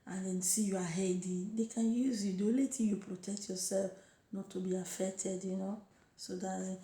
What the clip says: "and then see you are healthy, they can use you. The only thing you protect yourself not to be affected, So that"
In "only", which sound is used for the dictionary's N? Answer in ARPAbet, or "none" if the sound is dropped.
none